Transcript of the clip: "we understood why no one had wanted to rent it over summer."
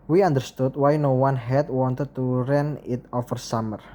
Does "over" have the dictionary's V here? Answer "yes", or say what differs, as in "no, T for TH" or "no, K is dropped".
no, F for V